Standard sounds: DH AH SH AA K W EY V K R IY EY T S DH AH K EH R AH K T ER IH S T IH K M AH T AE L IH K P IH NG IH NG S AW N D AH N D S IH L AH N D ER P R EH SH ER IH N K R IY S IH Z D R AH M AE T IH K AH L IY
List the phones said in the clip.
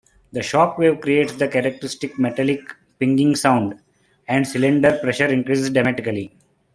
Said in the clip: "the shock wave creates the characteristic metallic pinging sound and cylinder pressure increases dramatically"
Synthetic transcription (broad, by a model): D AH SH AA K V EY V K R IY EY T S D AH K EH R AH K T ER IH S T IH K M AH T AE L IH K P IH NG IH NG S AW N D AH N D S IH L AH N D ER P R EH SH ER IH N K R IY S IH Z D AH M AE T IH K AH L IY